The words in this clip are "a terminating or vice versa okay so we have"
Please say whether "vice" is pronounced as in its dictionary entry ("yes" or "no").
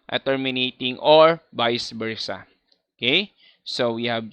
no